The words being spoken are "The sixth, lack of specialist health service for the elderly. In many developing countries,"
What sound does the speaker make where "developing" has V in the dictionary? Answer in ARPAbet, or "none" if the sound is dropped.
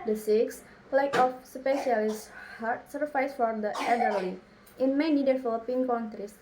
F